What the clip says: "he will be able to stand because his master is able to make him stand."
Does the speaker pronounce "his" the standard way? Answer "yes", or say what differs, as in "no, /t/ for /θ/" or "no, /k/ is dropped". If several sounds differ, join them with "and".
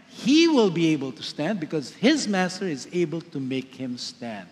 yes